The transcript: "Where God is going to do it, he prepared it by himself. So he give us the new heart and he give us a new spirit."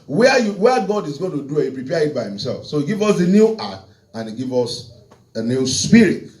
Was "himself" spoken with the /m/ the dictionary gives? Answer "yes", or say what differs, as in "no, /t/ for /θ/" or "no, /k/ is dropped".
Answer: yes